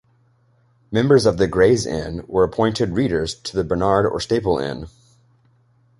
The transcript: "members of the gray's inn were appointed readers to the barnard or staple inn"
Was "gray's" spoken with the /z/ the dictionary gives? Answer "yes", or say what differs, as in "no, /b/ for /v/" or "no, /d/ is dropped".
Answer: yes